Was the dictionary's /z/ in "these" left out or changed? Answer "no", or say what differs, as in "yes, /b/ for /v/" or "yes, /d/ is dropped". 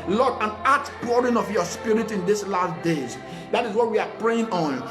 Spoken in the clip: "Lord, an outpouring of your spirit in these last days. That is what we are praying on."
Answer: yes, /s/ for /z/